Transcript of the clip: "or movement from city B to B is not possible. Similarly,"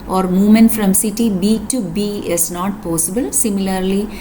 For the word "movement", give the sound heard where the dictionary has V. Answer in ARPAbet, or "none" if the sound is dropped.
none